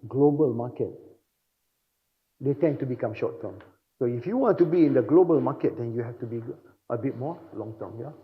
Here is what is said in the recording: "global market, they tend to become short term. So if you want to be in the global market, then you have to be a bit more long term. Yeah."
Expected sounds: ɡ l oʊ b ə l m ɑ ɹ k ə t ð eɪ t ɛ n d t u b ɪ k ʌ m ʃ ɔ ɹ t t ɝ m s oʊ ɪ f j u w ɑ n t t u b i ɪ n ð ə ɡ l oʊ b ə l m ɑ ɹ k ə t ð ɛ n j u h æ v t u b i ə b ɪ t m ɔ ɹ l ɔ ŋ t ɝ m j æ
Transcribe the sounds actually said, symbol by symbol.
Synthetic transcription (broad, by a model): ɡ l oʊ b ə l m ɑ k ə t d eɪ t ɛ n t u b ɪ k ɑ m ʃ ɔ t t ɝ m s oʊ ɪ f j u w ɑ n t t u b i ɪ n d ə ɡ l oʊ b ə l m ɑ k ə t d ɛ n j u h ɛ f t u b i ə b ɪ t m ɔ l ɔ ŋ t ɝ m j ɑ